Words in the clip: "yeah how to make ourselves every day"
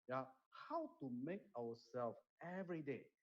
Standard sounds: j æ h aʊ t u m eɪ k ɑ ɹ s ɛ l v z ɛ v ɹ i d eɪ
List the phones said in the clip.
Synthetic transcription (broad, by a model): j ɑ h aʊ t u m eɪ k ɑ w s ɛ l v ɛ v ɹ i d eɪ